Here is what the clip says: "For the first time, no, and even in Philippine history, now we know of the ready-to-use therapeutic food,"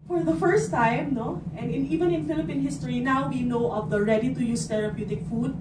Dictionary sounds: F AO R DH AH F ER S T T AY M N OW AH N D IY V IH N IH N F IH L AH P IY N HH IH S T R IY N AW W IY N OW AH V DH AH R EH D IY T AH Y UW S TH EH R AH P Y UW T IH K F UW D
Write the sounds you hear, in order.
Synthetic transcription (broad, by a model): F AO R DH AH F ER S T T AY M N OW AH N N IY V IH N IH N F IH L AH P IY N HH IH S T R IY N AW W IY N OW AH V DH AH R EH D IY T AH Y UW S T EH R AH P Y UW T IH K F UW D